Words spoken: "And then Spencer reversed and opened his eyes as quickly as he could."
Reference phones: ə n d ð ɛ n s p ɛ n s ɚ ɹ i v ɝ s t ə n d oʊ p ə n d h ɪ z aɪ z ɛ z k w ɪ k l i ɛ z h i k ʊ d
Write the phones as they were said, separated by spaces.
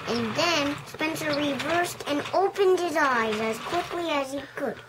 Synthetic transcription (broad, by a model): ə n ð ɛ n s p ɛ n s ɚ ɹ i v ɝ s t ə n oʊ p ə n d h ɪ z aɪ z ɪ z k w ɪ k l i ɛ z h i k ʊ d